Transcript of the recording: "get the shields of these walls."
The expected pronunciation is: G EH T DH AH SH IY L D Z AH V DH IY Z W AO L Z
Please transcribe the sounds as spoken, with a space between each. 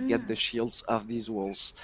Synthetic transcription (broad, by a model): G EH T DH AH SH IY L D Z AH V DH IY Z W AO L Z